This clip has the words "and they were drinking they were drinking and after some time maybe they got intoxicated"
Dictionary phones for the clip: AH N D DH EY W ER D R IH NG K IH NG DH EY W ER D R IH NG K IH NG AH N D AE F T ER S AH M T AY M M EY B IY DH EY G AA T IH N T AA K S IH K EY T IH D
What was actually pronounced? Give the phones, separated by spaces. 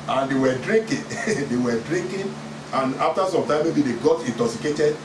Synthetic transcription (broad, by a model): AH N D EY W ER D R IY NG K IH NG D EY W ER D R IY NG K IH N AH N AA F T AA S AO M T AY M M EY B IY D EY G AA T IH N T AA K S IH K EY T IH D